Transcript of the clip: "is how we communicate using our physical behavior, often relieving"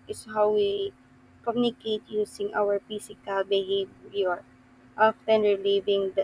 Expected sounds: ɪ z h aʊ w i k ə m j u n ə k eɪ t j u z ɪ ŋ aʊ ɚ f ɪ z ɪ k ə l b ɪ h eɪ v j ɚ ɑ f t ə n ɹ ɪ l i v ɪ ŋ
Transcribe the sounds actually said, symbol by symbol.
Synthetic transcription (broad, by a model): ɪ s h aʊ w i k ə m j u n ə k eɪ t j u s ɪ ŋ aʊ ɚ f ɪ s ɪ k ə l b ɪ h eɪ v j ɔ ɑ f t ə n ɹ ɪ l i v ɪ ŋ